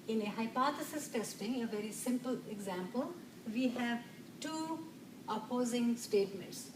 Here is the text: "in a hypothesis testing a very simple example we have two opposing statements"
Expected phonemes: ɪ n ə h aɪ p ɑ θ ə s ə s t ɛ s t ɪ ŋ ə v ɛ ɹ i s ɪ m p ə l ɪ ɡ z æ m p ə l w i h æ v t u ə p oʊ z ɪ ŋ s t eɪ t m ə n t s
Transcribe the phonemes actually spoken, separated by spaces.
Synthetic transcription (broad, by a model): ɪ n ə h aɪ p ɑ t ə s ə s t ɛ s t ɪ ŋ ə v ɛ ɹ i s ɪ m p ə l ɪ ɡ z æ m p ə l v i h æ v t u ə p oʊ z ɪ ŋ s t eɪ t m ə n t s